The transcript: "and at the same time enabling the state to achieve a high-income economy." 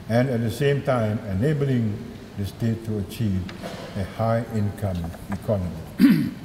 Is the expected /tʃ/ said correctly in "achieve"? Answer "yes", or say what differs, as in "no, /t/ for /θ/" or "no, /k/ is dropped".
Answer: yes